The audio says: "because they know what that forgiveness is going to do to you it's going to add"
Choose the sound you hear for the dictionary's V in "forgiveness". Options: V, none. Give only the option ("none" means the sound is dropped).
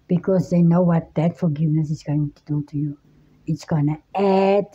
V